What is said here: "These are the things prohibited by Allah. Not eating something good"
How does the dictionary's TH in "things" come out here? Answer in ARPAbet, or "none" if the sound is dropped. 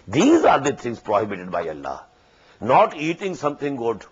T